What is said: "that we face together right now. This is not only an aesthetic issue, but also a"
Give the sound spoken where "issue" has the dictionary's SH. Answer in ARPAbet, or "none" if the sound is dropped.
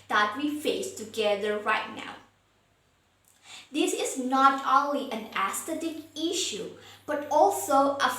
SH